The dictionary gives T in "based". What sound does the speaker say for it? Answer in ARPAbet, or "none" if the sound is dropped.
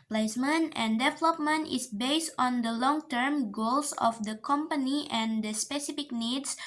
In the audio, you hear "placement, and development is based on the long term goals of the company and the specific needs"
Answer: T